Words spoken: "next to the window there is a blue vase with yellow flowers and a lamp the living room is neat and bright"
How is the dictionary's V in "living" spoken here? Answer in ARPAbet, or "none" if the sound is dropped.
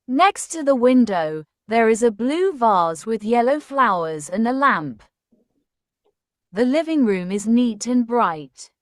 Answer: V